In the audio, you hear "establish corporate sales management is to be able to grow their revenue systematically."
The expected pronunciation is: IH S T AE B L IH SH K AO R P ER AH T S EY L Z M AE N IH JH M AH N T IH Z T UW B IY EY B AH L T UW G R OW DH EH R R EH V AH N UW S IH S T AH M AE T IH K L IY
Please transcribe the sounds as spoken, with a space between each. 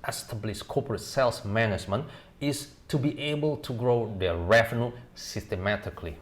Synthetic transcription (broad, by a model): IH S T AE B L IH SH K AO P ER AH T S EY L S M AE N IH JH M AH N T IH S T UW B IY EY B AH L T UW G R OW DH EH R R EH F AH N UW S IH S T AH M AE T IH K L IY